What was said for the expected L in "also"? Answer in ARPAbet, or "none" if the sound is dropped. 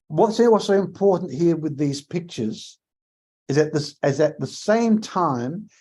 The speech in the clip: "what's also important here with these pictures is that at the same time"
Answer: W